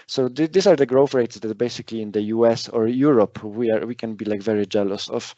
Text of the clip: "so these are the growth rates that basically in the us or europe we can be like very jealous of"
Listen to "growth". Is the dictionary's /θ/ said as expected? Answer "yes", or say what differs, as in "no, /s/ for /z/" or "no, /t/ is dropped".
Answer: no, /f/ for /θ/